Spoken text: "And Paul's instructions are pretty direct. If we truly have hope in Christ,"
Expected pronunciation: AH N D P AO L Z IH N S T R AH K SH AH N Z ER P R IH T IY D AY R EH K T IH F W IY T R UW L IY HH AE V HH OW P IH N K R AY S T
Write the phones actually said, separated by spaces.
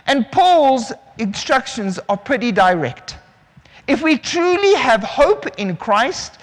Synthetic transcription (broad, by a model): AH N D P AO L Z IH N S T R AH K SH AH N Z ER P R IH T IY D AY R EH K T IH F W IY T R UW L IY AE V HH OW P IH N K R AY S T